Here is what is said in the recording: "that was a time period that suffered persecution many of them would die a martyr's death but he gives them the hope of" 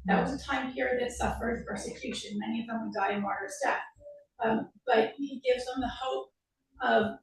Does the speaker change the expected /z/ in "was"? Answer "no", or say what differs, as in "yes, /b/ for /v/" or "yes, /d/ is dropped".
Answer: no